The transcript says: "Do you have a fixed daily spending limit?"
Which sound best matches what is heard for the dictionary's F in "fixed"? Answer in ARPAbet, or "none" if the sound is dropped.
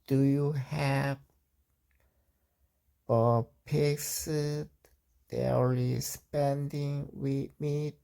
P